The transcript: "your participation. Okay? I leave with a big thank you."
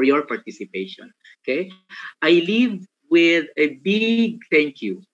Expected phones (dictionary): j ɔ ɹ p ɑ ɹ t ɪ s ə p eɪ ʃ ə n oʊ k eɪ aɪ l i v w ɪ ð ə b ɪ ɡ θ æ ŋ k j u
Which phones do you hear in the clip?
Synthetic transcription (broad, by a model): j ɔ ɹ p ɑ ɹ t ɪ s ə p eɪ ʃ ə n oʊ k eɪ aɪ l i v w ɪ ð ə b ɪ ɡ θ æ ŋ k j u